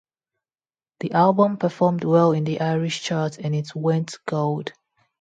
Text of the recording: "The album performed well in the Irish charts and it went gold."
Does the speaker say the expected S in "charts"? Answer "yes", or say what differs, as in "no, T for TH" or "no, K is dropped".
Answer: no, S is dropped